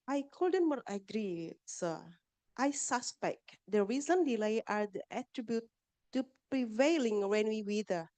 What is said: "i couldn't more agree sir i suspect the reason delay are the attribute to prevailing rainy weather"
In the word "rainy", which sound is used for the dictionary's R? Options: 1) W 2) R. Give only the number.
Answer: 1